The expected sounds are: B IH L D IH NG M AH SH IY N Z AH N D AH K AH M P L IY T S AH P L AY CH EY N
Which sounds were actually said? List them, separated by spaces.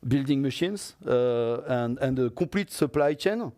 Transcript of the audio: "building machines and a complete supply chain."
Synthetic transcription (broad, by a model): B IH L D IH NG M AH SH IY N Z AH N D AH K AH P L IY T S AH P L AY CH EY N